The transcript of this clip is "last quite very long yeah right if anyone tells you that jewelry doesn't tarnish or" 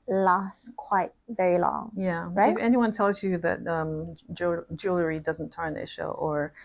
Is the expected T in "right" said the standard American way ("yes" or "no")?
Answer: no